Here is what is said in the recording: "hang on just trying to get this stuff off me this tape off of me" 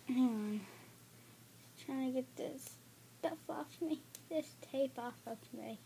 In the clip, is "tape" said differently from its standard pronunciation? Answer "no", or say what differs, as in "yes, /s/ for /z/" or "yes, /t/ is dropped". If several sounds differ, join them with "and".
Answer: no